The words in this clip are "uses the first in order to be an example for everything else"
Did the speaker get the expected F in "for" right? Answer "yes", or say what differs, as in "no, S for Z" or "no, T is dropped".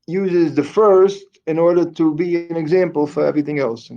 yes